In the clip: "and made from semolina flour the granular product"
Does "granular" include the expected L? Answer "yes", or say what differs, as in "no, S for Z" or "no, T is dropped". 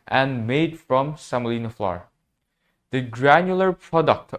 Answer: yes